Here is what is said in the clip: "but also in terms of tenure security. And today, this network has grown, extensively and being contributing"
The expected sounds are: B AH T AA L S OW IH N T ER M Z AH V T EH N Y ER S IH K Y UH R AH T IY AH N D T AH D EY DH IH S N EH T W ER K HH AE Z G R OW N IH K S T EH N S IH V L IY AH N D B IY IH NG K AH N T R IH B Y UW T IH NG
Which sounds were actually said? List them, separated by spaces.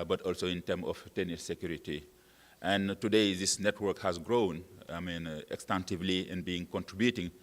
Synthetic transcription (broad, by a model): B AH T AA L S OW IH N T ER M AH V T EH N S S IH K Y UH R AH T IY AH N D T AH D EY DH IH S N EH T W ER K HH AE Z G R OW N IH K S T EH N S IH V L IY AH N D B IY IH NG K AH N T R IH B Y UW T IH NG